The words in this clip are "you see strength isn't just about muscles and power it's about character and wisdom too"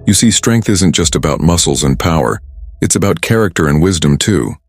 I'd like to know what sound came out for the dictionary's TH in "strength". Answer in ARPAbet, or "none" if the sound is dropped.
TH